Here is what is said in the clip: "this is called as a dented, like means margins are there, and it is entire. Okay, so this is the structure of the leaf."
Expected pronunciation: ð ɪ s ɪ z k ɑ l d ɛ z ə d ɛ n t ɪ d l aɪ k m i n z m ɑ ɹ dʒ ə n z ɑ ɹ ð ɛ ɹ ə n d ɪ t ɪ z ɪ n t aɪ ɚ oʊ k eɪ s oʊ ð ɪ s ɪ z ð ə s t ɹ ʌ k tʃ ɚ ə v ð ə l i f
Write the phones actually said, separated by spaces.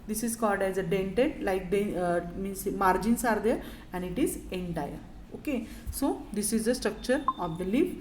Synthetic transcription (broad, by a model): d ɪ s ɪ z k ɑ l d ɛ z ə d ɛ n t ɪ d l aɪ k m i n s m ɑ ɹ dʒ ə n s ɑ ɹ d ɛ ɹ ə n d ɪ t ɪ z ɪ n t aɪ ɚ oʊ k eɪ s oʊ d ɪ s ɪ z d ə s t ɹ ʌ k tʃ ɚ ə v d ə l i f